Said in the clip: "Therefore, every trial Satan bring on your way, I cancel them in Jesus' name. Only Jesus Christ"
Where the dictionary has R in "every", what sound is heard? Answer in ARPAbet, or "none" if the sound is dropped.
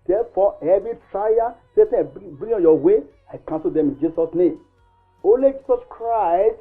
none